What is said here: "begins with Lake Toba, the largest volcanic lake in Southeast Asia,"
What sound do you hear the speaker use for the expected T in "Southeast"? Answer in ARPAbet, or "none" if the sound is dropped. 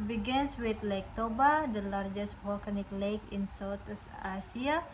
none